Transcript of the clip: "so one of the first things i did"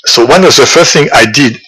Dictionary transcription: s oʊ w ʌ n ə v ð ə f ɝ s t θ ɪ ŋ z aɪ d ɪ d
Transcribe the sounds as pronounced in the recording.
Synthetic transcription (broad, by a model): s oʊ w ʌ n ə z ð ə f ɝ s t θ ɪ ŋ aɪ d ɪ d